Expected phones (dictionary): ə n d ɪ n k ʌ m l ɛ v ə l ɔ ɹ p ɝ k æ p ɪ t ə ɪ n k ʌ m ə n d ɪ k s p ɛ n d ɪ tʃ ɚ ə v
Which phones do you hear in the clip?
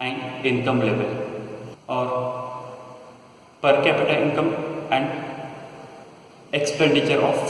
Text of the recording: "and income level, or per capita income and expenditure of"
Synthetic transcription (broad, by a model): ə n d ɪ n k ʌ m l ɛ v ə l ɔ ɹ p ɝ k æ p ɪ t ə ɪ n k ʌ m ə n d ɪ k s p ɛ n d ɪ tʃ ɚ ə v